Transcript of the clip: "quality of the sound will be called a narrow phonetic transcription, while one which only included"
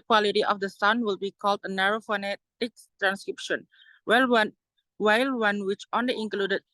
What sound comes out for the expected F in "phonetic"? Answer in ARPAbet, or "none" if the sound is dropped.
F